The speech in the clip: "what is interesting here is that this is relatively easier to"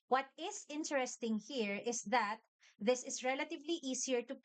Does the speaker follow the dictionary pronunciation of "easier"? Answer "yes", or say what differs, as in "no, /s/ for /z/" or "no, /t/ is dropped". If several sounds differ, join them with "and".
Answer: no, /s/ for /z/